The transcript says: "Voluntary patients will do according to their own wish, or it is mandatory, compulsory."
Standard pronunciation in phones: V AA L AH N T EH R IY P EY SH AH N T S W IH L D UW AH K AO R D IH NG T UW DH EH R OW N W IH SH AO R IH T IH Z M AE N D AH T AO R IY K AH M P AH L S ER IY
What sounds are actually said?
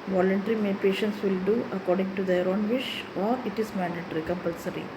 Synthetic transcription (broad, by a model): V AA L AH N T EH R IY P EY SH AH N T S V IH L D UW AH K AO R D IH NG T UW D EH R OW N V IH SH AO R IH T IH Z M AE N D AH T R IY K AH M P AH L S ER IY